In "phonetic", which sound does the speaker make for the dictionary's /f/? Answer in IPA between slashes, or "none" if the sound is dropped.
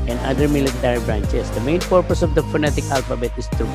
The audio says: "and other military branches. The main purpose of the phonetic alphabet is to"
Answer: /f/